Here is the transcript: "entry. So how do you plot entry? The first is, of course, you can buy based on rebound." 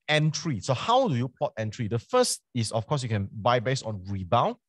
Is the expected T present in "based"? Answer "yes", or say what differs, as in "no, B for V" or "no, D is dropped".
no, T is dropped